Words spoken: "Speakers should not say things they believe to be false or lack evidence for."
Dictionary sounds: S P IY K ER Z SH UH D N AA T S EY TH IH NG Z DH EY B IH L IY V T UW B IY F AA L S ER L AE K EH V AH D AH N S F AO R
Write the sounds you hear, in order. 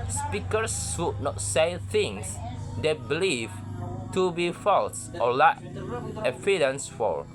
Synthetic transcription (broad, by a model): S P IY K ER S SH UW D N AA T S EY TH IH NG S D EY B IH L IY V T UW B IY F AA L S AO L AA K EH F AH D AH N S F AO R